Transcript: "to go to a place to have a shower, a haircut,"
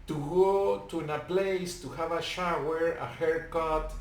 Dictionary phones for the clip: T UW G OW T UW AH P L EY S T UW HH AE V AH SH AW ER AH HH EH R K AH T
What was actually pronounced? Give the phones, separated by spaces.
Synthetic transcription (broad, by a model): T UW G OW T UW AH P L EY S T UW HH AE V AH SH AW ER AH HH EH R K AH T